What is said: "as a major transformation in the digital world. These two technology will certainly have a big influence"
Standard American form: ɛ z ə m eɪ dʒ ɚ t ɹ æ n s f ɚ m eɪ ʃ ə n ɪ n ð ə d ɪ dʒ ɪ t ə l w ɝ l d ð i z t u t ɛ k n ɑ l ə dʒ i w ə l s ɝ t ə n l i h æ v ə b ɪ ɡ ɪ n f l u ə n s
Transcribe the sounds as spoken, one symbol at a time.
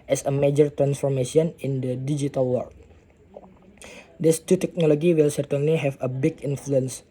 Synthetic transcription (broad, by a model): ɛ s ə m eɪ dʒ ɚ t ɹ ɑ n s f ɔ m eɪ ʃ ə n ɪ n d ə d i dʒ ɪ t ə l w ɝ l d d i s t u t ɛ k n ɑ l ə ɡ i w ə l s ɝ t ə n l i h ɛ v ə b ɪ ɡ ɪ n f l u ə n s